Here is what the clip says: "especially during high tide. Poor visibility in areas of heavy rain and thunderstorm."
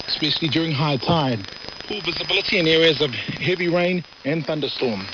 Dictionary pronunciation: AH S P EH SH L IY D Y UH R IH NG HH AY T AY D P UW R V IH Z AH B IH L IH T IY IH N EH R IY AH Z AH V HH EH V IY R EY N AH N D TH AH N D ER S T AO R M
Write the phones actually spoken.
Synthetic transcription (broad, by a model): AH S P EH SH L IY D Y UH R IH NG HH AY T AY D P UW L V IH Z AH B IH L IH T IY IH N EH R IY AH Z AH V HH EH V IY R EY N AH N TH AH N D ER S T AO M